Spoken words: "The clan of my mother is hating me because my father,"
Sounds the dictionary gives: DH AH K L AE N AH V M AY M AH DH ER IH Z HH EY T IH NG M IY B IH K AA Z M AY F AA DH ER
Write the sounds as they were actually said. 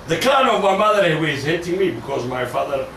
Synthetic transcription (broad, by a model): DH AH K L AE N AH V M AY M AH DH ER IH Z HH EY T IH NG M IY B IH K AA Z M AY F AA DH ER